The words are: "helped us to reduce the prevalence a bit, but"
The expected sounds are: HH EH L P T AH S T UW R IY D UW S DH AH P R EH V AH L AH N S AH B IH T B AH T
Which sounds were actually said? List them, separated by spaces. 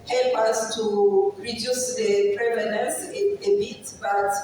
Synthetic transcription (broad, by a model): HH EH L P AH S T UW R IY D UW S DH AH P R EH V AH N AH S AH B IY T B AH T